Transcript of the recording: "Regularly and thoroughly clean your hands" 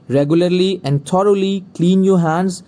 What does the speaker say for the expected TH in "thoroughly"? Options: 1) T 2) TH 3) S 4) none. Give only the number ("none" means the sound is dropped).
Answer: 1